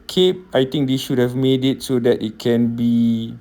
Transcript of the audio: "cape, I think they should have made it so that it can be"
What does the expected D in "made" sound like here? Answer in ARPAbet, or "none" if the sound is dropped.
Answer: D